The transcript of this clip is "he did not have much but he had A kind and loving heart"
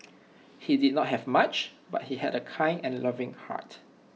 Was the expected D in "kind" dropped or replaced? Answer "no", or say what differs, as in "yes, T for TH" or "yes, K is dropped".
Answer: yes, D is dropped